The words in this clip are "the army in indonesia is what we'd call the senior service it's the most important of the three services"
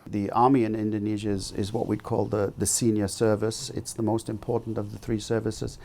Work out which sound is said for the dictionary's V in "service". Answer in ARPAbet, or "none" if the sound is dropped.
V